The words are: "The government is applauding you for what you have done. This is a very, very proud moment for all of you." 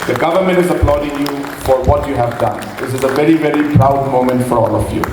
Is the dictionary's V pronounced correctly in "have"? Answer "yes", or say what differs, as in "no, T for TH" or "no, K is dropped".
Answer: yes